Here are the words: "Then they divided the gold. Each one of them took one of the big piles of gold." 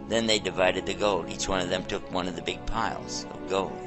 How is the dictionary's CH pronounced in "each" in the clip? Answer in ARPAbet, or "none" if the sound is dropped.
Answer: CH